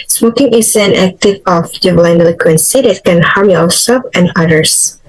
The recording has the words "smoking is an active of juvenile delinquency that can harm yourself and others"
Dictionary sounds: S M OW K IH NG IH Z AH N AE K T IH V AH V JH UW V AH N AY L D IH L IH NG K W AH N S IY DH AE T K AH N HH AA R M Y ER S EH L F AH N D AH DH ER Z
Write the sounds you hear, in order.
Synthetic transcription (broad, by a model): S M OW K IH NG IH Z AH N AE K T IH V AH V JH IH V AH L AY N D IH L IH K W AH N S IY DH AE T K AH N HH AA R M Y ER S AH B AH N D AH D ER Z